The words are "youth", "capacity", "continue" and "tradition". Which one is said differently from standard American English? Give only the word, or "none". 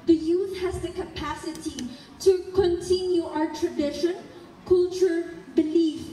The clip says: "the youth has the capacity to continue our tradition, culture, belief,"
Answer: none